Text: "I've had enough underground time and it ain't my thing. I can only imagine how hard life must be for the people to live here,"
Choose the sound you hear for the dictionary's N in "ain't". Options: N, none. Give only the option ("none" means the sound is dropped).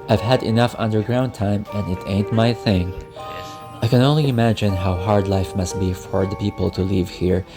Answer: N